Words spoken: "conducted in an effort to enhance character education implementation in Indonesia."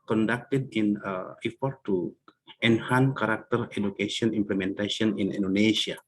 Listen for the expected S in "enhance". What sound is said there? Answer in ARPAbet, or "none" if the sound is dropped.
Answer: none